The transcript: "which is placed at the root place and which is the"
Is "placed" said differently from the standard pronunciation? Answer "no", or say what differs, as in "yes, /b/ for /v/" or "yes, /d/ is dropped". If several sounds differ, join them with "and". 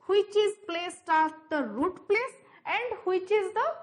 no